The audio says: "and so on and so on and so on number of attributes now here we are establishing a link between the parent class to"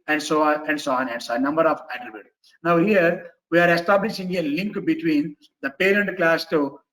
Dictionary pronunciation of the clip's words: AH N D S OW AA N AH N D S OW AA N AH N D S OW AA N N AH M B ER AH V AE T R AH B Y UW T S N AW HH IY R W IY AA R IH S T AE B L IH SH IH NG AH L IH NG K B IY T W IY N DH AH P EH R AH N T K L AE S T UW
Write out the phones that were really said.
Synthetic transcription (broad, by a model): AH N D S OW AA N AH N D S OW AA N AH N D S OW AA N N AH M B ER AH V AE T R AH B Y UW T N AW HH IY R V IY AA R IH S T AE B L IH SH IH NG AH L IH NG K B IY T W IY N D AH P EH R AH N T K L AE S T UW